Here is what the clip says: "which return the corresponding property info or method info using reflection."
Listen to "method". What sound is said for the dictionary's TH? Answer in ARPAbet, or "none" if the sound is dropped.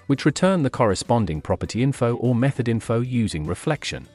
TH